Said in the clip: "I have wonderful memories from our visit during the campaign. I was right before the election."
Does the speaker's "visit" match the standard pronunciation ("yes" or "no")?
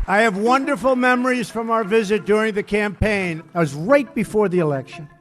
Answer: yes